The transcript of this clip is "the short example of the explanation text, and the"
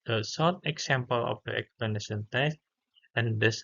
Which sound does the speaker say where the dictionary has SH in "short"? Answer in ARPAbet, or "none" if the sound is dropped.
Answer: S